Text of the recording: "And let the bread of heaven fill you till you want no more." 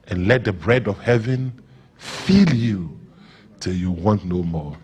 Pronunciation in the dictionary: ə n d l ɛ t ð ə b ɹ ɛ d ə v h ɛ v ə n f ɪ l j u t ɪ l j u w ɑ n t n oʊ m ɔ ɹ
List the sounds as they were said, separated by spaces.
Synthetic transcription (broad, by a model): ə n l ɛ t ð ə b ɹ ɛ d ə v h ɛ v ə n f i l j u t ɪ l j u w ɑ n t n oʊ m ɔ